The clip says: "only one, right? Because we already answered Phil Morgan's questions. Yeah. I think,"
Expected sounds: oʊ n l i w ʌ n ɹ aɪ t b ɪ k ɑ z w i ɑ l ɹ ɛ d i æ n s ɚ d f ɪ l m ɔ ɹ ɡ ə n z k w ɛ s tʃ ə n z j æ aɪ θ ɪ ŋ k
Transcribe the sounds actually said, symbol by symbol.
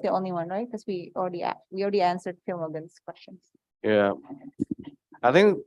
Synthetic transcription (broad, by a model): oʊ n l i w ʌ n ɹ aɪ t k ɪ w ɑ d w i ɑ l ɹ ɛ d i æ n s ɚ d f ɪ l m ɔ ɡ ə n s k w ɛ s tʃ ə n s j æ aɪ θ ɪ ŋ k